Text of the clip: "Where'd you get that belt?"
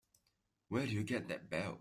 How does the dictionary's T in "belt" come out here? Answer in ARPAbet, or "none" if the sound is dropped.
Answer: none